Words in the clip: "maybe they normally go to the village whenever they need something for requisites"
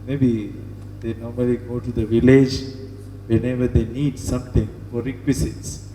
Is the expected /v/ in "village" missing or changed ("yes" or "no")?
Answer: no